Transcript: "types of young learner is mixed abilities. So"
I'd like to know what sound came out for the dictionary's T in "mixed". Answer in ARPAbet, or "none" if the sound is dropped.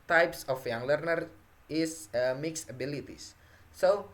none